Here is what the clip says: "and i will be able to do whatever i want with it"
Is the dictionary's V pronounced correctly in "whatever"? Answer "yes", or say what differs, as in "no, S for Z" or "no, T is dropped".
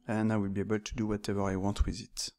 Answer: yes